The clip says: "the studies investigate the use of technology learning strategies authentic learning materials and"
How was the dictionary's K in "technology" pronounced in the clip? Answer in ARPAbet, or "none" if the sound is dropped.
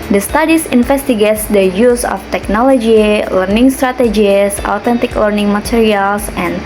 K